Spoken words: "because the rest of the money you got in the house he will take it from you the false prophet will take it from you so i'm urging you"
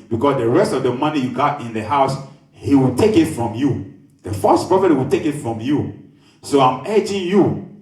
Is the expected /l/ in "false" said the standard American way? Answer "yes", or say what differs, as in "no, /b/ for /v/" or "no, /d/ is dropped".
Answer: no, /l/ is dropped